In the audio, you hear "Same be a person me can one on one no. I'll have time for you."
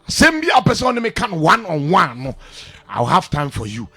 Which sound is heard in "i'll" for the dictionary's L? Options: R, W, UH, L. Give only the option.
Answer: W